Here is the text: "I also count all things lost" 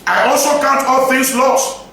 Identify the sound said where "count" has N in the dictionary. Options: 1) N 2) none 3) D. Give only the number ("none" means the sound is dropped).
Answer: 1